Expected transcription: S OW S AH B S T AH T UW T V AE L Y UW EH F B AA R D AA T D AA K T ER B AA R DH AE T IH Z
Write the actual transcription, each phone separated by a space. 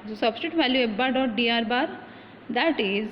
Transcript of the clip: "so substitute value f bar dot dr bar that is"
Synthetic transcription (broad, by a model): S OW S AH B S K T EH T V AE L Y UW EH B B AA R D AA T D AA T B AA R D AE T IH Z